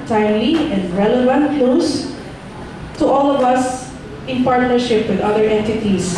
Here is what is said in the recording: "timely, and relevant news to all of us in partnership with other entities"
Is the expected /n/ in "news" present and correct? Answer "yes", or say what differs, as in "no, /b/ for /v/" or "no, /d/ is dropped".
no, /l/ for /n/